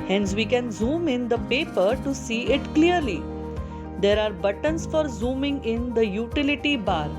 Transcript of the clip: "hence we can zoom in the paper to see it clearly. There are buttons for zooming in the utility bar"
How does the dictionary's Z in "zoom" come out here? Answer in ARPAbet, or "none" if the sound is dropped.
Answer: Z